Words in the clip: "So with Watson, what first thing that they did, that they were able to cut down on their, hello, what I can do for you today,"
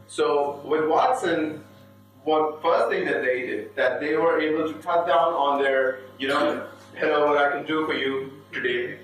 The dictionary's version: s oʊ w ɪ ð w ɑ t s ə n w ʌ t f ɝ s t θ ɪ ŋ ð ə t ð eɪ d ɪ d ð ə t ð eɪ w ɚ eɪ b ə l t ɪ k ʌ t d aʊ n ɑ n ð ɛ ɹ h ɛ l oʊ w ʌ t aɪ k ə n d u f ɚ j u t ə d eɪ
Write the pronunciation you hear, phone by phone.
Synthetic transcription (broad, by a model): s oʊ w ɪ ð w ɑ t s ə n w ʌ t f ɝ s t θ ɪ ŋ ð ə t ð eɪ d ɪ d ð ə t ð eɪ w ɚ eɪ b ə l t ɪ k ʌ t d aʊ n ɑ n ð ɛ ɹ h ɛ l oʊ w ʌ t aɪ k ə n d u f ɚ j u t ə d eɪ